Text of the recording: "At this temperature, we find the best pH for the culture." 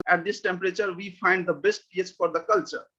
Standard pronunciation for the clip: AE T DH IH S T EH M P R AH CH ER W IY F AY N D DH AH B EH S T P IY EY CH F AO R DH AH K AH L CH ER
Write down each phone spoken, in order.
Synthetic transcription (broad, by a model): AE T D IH S T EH M P R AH CH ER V IY F AY N D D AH B EH S T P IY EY S F AO R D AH K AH L CH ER